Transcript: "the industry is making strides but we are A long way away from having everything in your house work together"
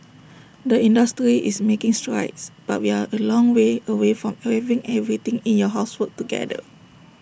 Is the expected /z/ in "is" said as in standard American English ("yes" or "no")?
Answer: no